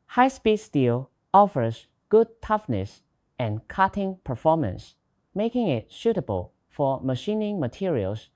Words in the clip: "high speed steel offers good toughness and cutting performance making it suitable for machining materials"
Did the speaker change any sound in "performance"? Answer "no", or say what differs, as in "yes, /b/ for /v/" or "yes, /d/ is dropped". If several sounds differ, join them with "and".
no